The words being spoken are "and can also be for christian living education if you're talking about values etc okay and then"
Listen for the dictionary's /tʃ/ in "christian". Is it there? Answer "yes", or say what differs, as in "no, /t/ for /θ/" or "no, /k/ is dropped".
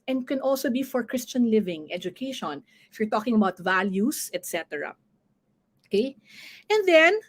yes